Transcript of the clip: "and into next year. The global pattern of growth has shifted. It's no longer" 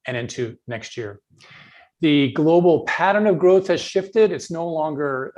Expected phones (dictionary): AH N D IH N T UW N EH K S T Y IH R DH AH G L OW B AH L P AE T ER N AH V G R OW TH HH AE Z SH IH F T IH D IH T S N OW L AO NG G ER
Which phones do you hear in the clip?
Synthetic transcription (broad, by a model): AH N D IH N T UW N EH K S T Y IH R DH AH G L OW B L P AE T ER N AH V G R OW TH HH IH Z SH IH F T IH D IH T S N OW L AO NG G ER